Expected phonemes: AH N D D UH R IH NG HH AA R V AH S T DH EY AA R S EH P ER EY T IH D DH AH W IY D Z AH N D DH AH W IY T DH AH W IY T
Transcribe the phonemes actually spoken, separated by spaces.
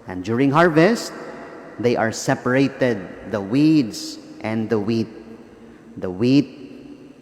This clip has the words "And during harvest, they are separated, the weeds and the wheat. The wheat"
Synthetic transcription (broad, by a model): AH N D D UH R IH NG HH AA R V AH S T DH EY AA R S EH P ER EY T IH D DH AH W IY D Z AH N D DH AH W IY T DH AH W IY T